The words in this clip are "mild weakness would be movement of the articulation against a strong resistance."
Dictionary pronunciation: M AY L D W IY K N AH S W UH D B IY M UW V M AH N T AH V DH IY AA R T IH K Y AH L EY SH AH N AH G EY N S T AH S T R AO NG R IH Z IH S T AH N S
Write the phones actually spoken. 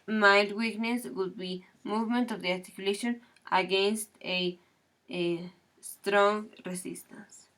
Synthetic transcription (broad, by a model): M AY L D W IY K N AH S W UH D B IY M UW V M AH N T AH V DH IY AA R T IH K Y AH L EY SH AH N AH G EY N S T AH S T R AO NG R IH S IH S T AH N S